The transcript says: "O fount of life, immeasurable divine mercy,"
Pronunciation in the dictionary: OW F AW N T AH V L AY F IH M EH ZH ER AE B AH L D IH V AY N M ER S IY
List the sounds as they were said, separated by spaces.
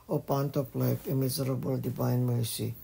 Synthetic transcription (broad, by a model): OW P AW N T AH P L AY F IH M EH Z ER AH B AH L D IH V AY N M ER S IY